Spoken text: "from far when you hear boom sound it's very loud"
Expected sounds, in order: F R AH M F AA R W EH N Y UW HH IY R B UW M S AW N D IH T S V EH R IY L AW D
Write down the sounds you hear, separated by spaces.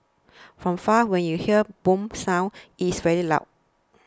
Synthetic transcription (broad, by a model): F R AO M F AA W EH N Y UW HH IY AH B UW M S AW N IH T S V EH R IY L AW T